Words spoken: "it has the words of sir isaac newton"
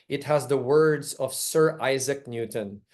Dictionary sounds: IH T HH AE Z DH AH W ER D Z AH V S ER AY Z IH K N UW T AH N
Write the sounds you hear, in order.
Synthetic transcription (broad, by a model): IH T HH AE Z DH AH W ER D Z AH V S ER AY Z IH K N UW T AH N